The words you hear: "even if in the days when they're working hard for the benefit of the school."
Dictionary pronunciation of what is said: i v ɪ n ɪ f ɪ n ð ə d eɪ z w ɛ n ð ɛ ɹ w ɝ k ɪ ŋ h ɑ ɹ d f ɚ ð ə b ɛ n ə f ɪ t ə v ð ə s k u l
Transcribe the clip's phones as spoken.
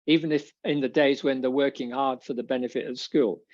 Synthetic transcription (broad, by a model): i v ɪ n ɪ f ɪ n ð ə d eɪ z w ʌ n ð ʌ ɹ w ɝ k ɪ ŋ h ɑ ɹ d f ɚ ð ə b ɛ n ə f ɪ t ə v s k u l